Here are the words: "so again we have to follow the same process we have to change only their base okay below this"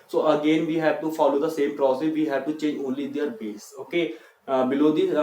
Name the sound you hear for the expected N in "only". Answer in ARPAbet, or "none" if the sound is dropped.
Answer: N